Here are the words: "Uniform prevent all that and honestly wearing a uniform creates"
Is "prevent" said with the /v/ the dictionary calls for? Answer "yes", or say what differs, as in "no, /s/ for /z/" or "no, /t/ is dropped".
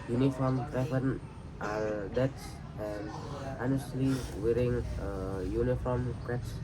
no, /f/ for /v/